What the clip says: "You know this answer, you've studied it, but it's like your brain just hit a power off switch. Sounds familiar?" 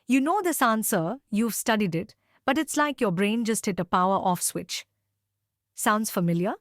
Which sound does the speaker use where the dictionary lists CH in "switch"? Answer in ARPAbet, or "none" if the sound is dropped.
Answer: CH